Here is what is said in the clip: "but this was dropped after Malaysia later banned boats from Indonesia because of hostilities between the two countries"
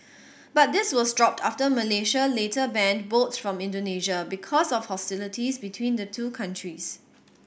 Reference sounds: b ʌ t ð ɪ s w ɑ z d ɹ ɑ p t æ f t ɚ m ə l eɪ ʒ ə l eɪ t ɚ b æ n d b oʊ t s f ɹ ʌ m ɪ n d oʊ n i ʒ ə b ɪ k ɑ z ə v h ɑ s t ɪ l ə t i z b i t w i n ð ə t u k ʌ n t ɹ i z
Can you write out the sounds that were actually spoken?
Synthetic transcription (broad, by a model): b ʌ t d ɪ s w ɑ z d ɹ ɑ p t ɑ f t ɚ m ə l eɪ ʃ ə l eɪ t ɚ b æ n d b oʊ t f ɹ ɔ m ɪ n d oʊ n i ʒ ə b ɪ k ɑ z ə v h ɑ s t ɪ l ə t i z b i t w i n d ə t u k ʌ n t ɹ i s